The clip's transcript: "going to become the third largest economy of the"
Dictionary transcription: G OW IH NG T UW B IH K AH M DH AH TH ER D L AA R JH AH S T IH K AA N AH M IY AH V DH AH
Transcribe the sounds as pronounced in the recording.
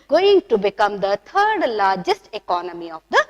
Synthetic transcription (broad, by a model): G OW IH NG T UW B IH K AH M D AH T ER D L AA R JH AH S T IH K AA N AH M IY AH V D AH